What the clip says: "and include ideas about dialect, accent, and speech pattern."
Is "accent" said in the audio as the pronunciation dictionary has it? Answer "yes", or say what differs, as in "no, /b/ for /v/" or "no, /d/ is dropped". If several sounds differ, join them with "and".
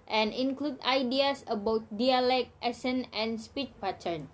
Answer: no, /k/ is dropped